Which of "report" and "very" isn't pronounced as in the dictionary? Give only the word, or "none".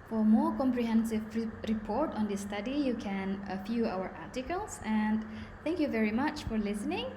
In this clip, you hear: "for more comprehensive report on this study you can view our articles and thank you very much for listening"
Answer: none